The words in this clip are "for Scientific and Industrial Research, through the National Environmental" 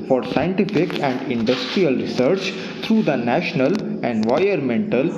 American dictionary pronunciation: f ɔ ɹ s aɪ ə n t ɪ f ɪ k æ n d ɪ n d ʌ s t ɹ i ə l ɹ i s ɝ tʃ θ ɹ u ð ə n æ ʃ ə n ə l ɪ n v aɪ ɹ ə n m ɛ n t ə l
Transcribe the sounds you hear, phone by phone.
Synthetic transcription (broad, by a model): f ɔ ɹ s aɪ ə n t ɪ f ɪ k æ n d ɪ n d ʌ s t ɹ i ə l ɹ i s ɝ tʃ t ɹ u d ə n æ ʃ ə n ə l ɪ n v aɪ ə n m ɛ n t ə l